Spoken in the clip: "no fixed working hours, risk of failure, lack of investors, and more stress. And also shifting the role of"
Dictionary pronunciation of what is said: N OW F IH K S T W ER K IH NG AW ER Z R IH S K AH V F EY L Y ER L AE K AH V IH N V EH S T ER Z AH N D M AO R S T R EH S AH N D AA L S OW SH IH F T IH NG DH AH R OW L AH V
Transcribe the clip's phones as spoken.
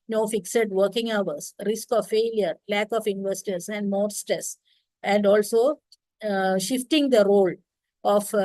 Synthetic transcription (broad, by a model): N OW F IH K S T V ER K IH NG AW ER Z R IH S K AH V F EY L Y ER L AE K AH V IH N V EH S T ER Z AH N D M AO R S T AH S AH N D AA L S OW SH IH F T IH NG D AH R OW L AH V